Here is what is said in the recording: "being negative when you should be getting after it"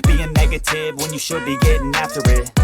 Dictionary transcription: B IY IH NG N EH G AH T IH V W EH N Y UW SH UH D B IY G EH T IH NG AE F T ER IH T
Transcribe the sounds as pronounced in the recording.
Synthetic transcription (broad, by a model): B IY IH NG N EH G AH T IH V W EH N Y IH SH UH D B IY G EH T IH NG AE F T ER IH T